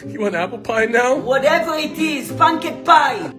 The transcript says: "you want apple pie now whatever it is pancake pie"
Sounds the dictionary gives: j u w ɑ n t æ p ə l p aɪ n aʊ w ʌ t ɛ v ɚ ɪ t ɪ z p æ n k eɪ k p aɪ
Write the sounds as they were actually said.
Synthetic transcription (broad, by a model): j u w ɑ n æ p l p aɪ n aʊ w ʌ t ɛ v ɚ ɪ t ɪ z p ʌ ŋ k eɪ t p aɪ